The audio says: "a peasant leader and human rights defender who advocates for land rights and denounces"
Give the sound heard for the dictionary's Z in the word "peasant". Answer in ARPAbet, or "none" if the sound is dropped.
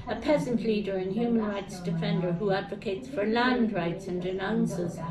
Z